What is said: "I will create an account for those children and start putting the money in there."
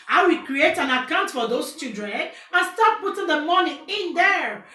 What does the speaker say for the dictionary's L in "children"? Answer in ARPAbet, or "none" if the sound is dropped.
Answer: none